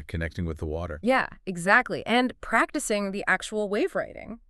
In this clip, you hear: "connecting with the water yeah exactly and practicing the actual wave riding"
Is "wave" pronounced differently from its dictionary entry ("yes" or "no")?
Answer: no